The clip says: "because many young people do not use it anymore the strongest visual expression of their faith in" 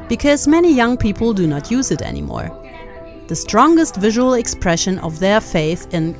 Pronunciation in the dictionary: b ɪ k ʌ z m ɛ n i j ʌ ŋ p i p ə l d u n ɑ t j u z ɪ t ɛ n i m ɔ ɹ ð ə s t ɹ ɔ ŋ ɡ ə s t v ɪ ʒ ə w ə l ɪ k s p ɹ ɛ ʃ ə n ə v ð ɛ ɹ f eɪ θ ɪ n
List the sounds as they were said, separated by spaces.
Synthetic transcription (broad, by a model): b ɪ k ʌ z m ɛ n i j ʌ ŋ p i p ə l d u n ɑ t j u z ɪ t ɛ n i m ɔ ɹ ð ə s t ɹ ɔ ŋ ɡ ə s t v ɪ ʒ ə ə l ɪ k s p ɹ ɛ ʃ ə n ə v ð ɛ ɹ f eɪ θ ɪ n